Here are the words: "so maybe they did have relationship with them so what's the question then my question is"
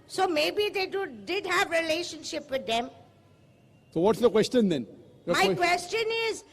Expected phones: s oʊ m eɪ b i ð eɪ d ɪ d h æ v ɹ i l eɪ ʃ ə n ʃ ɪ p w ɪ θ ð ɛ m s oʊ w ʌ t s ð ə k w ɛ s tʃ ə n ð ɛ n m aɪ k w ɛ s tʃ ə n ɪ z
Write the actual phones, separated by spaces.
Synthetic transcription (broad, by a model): s oʊ m eɪ b i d eɪ d ɪ d h æ v ɹ i l eɪ ʃ ə n ʃ ɪ p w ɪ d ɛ m s oʊ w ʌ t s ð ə k w ɛ s tʃ ə n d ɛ n m aɪ k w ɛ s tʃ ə n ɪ z